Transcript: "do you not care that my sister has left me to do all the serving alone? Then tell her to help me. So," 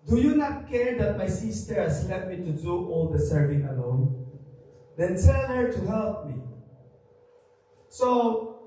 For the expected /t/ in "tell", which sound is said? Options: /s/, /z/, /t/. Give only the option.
/s/